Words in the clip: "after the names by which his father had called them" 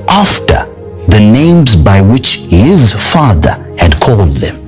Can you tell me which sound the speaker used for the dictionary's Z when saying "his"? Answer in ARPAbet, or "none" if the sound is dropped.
Z